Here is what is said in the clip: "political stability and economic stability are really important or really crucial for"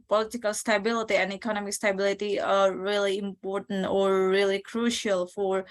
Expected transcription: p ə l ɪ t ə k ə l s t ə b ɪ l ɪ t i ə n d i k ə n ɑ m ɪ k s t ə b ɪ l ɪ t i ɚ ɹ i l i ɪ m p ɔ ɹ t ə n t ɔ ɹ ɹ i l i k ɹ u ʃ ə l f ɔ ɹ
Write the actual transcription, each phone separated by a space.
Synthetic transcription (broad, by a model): p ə l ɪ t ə k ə l s t ə b ɪ l ɪ t i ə n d i k ə n ɑ m ɪ k s t ə b ɪ l ɪ t i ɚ ɹ i l i ɪ m p ɔ ɹ t ə n t ɔ ɹ ɹ i l i k ɹ u ʃ ə l f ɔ ɹ